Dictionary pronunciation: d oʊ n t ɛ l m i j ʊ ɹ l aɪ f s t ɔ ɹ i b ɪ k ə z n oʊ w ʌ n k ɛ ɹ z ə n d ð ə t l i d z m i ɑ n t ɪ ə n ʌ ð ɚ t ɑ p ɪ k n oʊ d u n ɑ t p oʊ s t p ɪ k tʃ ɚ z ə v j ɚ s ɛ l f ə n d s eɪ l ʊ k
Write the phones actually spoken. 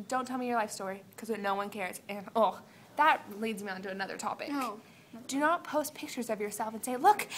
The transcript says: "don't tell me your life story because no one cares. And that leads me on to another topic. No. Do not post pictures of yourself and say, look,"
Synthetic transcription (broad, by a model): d oʊ n t ɛ l m i j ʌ ɹ l aɪ f s t ɔ ɹ i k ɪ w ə n oʊ w ʌ n k ɛ ɹ z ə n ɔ ð ə t l i d z m i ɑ n t ɪ ə n ʌ ð ɚ t ɑ p ɪ k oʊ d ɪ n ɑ t p oʊ s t p ɪ k tʃ ɚ z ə v j ɚ s ɛ l f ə n s eɪ l ʊ k